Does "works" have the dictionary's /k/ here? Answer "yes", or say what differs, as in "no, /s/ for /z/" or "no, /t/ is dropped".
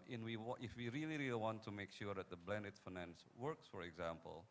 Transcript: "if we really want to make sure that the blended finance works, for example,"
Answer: yes